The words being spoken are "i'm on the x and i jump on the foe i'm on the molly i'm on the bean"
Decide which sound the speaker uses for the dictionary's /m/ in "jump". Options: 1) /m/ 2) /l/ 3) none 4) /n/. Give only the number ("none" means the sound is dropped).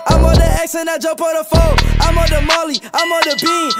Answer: 3